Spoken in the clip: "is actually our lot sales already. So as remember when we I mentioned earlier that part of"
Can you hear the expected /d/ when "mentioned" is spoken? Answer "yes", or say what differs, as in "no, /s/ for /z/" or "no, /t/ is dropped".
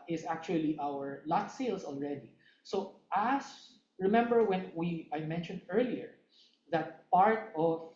yes